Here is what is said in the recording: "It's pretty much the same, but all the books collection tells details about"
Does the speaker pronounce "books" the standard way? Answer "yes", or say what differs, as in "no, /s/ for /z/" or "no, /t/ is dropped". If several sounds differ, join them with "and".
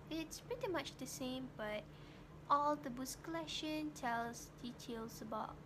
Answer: no, /k/ is dropped